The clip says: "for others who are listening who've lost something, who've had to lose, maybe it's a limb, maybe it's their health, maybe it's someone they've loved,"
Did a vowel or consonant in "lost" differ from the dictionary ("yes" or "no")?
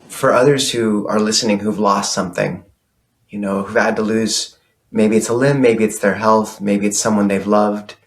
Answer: no